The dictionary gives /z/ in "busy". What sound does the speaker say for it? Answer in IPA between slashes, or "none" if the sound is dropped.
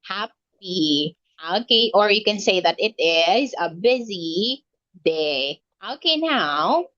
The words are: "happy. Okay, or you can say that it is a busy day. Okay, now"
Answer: /z/